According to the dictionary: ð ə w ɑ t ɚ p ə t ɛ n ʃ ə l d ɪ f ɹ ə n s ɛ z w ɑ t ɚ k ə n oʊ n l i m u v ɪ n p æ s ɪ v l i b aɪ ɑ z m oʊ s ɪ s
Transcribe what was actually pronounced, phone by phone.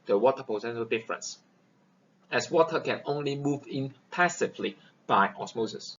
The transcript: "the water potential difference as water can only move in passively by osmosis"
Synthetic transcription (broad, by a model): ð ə w ɑ t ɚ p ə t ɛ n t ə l d ɪ f ɹ ə n s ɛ s w ɑ t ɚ k ə n oʊ n l i m u v ɪ n p æ s ɪ v l i b aɪ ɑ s m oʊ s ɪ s